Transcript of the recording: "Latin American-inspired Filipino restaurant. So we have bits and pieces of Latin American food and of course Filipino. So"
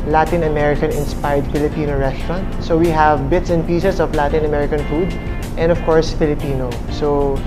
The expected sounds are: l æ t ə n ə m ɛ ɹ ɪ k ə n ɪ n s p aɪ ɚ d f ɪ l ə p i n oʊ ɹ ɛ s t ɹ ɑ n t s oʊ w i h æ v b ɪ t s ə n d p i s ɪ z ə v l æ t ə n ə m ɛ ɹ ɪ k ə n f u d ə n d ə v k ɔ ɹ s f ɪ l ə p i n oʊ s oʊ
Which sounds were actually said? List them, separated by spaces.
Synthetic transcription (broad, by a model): l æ t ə n ə m ɛ ɹ ɪ k ə n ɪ n s p aɪ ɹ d f ɪ l ə p i n oʊ ɹ ɛ s t ɹ ɑ n t s oʊ w i h æ v b ɪ t s ə n d p i s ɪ s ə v l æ t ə n ə m ɛ ɹ ɪ k ə n f u d ə n d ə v k ɔ ɹ s f ɪ l ə p i n oʊ s oʊ